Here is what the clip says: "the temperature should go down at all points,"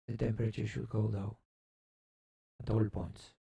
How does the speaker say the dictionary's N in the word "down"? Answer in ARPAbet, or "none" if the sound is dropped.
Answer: none